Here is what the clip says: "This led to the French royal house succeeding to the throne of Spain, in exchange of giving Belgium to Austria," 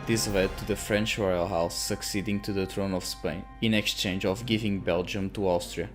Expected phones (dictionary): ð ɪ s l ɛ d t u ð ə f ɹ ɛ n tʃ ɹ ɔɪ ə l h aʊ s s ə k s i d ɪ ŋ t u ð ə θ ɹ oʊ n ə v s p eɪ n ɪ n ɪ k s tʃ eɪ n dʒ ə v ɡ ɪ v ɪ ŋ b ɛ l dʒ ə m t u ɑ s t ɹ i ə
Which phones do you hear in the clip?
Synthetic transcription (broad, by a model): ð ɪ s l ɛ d t u ð ə f ɹ ɛ n tʃ ɹ ɔɪ ə l h aʊ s s ə k s i d ɪ ŋ t u ð ə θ ɹ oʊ n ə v s p eɪ n ɪ n ɪ k s tʃ eɪ n dʒ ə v ɡ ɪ v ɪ ŋ b ɛ l dʒ ə m t u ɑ s t ɹ i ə